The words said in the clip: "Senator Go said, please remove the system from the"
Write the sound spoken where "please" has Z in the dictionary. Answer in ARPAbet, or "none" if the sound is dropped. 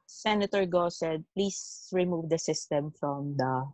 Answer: S